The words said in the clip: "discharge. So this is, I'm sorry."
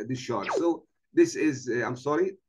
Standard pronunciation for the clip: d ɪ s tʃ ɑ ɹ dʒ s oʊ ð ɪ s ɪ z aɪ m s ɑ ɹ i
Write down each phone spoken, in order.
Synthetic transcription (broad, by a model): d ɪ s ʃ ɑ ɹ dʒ s oʊ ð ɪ s ɪ z aɪ m s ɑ ɹ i